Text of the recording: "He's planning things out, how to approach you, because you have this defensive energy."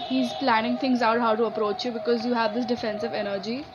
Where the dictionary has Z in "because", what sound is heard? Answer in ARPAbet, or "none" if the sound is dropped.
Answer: Z